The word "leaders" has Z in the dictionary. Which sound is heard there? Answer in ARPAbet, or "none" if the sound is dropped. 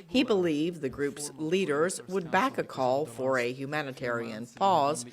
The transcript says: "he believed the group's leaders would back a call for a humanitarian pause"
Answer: Z